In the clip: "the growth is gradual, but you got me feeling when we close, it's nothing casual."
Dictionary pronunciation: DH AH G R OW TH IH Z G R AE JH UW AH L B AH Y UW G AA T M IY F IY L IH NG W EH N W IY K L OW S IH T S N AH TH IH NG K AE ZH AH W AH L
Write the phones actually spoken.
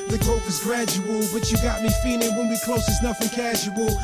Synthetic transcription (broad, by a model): DH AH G OW F IH Z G R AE JH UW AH L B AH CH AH G AA T M IY F IY L IH NG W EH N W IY K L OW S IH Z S N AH F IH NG K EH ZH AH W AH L